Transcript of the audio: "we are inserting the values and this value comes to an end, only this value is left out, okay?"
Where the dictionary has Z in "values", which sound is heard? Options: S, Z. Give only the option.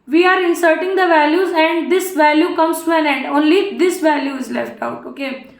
Z